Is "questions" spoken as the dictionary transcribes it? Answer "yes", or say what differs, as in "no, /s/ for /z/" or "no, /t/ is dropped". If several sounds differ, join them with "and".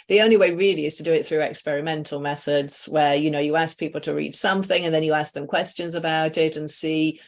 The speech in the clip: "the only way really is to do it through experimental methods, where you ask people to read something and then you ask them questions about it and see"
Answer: yes